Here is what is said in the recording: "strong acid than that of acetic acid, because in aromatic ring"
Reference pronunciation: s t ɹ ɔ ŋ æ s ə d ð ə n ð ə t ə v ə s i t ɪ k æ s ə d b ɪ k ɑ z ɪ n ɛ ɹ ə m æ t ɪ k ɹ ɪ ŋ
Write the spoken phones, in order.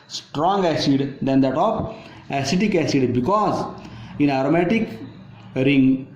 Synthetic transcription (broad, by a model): s t ɹ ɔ ŋ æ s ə d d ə n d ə t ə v ə s i t ɪ k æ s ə d b ɪ k ɑ z ɪ n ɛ ɹ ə m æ t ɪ k ɹ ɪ ŋ